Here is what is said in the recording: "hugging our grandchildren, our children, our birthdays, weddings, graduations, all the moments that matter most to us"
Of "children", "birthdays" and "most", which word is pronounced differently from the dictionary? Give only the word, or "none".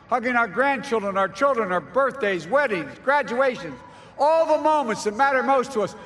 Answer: none